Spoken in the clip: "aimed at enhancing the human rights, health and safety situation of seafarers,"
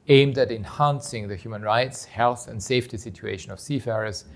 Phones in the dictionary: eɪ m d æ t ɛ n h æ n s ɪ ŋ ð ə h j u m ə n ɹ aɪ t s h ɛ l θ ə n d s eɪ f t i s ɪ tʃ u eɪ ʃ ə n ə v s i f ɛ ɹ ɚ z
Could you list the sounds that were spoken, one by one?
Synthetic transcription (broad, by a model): eɪ m d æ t ɛ n h æ n s ɪ ŋ ð ə h j u m ə n ɹ aɪ t s h ɛ l θ ə n d s eɪ f t i s ɪ tʃ u eɪ ʃ ə n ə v s i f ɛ ɹ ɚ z